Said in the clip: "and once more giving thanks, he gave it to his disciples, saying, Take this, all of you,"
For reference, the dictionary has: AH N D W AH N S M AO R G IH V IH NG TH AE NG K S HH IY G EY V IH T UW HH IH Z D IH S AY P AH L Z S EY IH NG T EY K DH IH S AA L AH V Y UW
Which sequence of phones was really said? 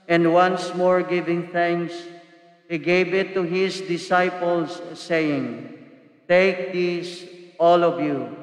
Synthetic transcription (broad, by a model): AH N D W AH N S M AO R G IH V IH NG TH AE NG K S HH IY G EY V IH T UW HH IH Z D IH S AY P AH L S EY IH NG T EY K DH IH S AA L AH V Y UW